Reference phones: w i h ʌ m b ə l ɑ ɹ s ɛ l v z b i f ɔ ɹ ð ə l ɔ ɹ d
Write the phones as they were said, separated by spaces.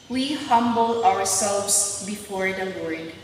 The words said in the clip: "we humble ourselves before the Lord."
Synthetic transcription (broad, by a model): w i h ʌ m b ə w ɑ ɹ s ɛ l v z b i f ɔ ɹ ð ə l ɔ ɹ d